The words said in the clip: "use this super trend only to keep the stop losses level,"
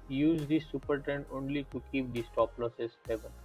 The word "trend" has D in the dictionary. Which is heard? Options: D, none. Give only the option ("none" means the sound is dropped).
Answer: none